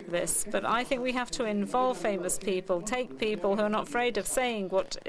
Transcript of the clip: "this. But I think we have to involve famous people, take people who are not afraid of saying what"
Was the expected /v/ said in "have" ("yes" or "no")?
no